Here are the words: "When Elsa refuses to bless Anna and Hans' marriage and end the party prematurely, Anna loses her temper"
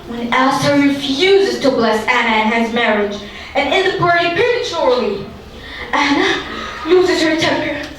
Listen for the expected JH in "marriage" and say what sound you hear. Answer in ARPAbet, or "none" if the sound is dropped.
JH